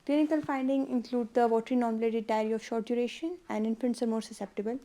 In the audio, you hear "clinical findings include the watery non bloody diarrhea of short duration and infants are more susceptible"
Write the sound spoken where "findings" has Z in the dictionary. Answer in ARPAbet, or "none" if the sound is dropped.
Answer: none